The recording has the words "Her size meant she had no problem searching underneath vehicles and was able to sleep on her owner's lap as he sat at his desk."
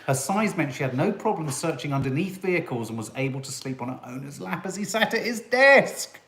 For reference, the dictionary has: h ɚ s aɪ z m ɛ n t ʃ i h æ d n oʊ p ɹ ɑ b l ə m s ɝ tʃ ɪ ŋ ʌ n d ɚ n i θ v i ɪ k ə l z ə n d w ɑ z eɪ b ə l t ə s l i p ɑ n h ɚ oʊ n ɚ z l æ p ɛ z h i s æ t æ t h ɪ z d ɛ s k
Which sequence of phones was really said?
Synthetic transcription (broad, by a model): h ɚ s aɪ z m ɛ n t ʃ i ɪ d n oʊ p ɹ ɑ b l ə m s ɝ tʃ ɪ ŋ ʌ n d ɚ n i θ v i ɪ k ə l z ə n w ɑ z eɪ b ə l t ə s l i p n ɚ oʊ n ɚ z l æ p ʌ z i s æ t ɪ t h ɪ z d ɛ s k